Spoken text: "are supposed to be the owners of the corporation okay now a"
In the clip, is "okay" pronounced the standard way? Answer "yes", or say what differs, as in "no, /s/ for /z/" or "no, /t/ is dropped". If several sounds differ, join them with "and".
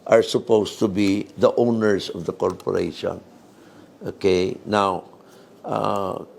yes